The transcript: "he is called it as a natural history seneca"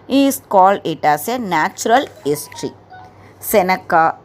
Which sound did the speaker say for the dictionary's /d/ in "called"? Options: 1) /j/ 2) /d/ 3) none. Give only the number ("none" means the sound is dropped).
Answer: 2